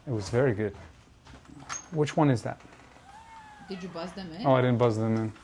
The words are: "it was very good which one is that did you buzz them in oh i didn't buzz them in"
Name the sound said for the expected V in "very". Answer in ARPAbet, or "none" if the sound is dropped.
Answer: V